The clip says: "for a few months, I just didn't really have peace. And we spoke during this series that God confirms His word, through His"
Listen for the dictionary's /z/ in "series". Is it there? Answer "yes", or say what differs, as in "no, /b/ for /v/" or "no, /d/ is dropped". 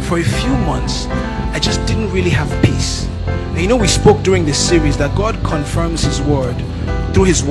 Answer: yes